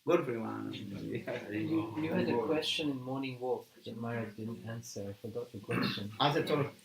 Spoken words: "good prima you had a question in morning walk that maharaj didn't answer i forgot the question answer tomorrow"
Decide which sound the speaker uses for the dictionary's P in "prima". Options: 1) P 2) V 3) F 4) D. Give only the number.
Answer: 3